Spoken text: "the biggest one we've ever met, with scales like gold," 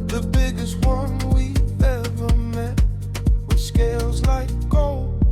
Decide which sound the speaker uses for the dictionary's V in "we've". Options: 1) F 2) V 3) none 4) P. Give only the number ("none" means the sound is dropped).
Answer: 3